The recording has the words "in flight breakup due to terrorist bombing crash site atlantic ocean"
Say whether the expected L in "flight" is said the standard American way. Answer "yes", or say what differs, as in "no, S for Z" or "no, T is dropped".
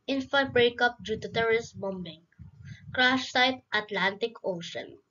no, L is dropped